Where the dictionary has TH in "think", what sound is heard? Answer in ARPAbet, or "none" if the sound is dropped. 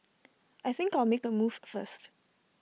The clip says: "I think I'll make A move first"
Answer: TH